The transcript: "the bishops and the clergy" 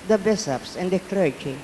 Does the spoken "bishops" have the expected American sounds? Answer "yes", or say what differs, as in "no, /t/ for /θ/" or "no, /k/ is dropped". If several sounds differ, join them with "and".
no, /s/ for /ʃ/